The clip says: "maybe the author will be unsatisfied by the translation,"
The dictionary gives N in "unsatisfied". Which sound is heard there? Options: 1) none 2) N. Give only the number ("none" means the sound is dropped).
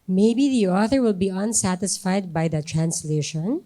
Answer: 2